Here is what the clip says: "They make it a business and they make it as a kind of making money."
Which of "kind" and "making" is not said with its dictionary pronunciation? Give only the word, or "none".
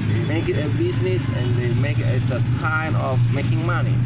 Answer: kind